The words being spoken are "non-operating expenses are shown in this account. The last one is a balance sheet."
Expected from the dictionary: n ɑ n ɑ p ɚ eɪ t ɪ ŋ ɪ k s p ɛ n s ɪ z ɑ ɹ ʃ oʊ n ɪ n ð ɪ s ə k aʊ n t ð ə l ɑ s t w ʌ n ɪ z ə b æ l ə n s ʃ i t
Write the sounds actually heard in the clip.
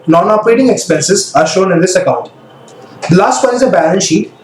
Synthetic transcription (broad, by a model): n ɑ n ɑ p ɚ eɪ t ɪ ŋ ɪ k s p ɛ n s ɪ z ɑ ɹ ʃ oʊ n ɪ n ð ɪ s ə k aʊ n t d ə l ɑ s t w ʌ ɪ z ə b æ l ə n ʃ i t